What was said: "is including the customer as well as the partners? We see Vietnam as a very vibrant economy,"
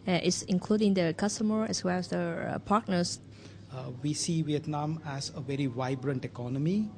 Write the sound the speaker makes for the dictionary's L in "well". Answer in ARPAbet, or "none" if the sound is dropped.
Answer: L